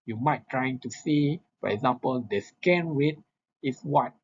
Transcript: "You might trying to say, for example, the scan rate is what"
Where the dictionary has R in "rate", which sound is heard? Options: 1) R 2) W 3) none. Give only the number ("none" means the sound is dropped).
2